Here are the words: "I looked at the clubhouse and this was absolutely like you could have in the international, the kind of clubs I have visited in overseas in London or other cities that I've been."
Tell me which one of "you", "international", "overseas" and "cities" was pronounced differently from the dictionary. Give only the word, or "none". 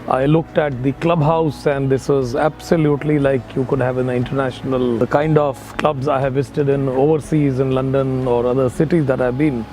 none